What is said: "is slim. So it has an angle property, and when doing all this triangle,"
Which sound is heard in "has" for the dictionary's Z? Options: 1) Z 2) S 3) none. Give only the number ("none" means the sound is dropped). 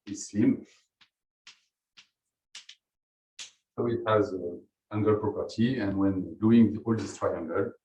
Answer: 1